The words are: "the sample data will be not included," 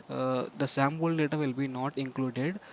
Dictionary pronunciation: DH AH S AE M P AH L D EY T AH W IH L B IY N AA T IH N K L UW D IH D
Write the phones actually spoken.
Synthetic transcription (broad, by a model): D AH S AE M B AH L D EY T AH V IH L B IY N AA T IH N K L UW D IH D